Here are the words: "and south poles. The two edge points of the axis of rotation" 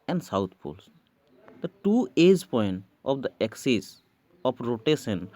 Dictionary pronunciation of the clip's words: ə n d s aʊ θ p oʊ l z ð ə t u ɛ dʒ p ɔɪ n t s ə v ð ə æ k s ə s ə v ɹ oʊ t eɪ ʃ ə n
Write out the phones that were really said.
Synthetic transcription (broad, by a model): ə n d s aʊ t p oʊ l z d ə t u ɛ dʒ p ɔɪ n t ə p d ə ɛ k s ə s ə p ɹ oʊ t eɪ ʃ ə n